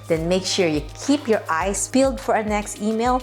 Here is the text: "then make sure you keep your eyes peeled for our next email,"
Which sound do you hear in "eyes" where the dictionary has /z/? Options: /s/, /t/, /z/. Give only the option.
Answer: /s/